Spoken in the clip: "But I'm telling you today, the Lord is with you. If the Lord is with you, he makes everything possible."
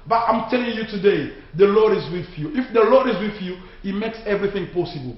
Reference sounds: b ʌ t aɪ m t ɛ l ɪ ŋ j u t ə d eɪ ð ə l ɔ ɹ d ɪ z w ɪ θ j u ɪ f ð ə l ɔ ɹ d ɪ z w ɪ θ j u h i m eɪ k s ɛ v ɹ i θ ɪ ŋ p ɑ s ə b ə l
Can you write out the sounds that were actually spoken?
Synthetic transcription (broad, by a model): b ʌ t aɪ m t ɛ l ɪ ŋ j u t ə d eɪ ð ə l ɔ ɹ d ɪ z w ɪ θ j u ɪ f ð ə l ɔ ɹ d ɪ z w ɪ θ j u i m eɪ k s ɛ v ɹ i θ ɪ ŋ p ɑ s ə b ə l